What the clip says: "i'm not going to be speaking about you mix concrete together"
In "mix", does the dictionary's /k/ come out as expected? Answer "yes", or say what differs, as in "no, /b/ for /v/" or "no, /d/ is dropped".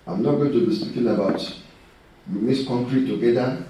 no, /k/ is dropped